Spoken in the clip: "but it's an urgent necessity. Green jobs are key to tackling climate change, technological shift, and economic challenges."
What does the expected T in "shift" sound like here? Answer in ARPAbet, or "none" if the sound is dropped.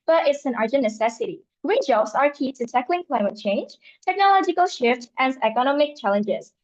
T